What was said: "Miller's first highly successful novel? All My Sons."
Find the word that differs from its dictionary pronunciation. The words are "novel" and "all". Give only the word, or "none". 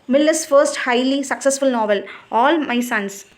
none